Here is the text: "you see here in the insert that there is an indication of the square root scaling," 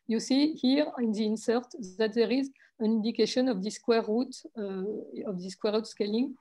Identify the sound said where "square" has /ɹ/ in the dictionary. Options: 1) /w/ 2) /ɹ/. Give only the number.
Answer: 1